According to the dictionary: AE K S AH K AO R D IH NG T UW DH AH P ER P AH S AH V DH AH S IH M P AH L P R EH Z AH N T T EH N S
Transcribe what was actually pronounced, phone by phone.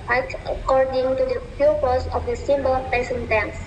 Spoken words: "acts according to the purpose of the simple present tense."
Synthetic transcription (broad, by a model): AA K AH K AO R D IH NG T UW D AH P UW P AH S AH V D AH S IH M B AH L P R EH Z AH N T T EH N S